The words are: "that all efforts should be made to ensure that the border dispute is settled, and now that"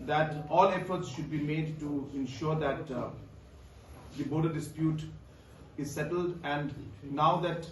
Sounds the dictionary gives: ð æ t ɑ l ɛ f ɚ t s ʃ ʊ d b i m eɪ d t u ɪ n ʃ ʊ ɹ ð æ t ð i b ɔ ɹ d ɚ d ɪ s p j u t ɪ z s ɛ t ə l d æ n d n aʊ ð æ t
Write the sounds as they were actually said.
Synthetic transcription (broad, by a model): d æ t ɑ l ɛ f ɚ t s ʃ ʊ d b i m eɪ d t u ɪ n ʃ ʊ ɹ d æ t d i b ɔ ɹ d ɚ d ɪ s p j u t ɪ z s ɛ t ə l d æ n d n aʊ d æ t